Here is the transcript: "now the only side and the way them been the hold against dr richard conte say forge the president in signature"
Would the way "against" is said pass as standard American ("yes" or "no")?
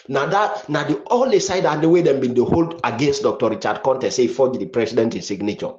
yes